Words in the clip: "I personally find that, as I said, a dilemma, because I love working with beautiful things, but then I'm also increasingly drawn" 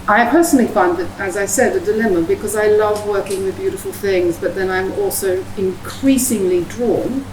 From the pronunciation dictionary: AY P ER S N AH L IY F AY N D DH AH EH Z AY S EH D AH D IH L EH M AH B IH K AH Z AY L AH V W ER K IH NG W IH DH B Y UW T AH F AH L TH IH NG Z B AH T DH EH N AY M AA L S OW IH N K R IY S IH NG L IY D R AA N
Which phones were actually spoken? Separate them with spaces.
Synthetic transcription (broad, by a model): AY P ER S N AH L IY F AY N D DH AH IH Z AY S EH D AH D IH L EH M AH B IH K AH Z AY L AH V W ER K IH NG W IH DH B Y UW T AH F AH L TH IH NG Z B AH T DH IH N AY M AA L S OW IH N K R IY S IH NG L IY D R AA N